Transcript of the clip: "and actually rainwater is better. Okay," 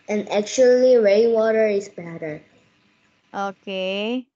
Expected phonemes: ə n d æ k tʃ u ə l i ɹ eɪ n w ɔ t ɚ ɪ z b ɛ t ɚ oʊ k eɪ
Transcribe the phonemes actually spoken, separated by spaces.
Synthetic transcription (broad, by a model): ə n æ k tʃ u ə l i ɹ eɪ w ɔ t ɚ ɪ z b ɛ t ɚ oʊ k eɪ